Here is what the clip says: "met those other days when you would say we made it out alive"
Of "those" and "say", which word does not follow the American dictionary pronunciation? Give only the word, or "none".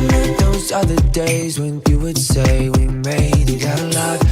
none